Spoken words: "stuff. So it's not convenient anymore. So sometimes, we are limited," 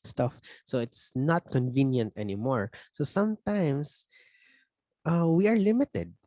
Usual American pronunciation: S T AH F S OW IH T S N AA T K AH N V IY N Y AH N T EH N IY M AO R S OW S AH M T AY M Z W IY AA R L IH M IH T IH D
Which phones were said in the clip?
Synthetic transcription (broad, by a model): S T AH F S OW IH T S N AA T K AH N V IY N Y AH N T EH N IY M AO R S OW S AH M T AY M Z W IY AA R L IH M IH T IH D